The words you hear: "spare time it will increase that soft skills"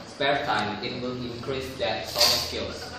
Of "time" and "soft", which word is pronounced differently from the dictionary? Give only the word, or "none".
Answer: soft